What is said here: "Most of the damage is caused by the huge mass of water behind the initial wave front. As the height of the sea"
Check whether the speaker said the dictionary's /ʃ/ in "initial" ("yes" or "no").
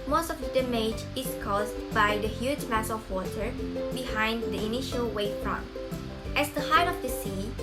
yes